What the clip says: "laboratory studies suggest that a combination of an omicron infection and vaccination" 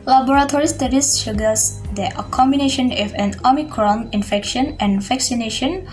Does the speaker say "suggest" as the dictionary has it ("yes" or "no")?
no